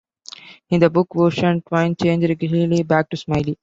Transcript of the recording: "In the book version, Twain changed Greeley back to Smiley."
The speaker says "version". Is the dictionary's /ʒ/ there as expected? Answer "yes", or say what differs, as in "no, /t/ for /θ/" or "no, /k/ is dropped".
no, /ʃ/ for /ʒ/